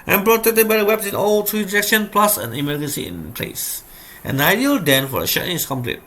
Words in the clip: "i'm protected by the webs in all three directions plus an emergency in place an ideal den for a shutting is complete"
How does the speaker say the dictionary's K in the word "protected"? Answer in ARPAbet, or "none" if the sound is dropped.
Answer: none